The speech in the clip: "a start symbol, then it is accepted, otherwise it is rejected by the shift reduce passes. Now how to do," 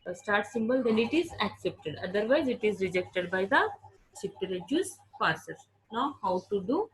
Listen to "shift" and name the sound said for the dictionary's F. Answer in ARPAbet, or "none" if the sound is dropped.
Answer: P